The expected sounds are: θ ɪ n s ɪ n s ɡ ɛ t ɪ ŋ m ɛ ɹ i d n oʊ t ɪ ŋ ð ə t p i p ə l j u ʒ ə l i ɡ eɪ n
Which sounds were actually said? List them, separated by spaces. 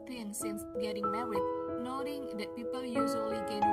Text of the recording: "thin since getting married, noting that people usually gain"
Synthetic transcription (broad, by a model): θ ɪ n s ɪ n s ɡ ɛ t ɪ ŋ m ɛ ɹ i n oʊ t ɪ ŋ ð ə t p i p ə l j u z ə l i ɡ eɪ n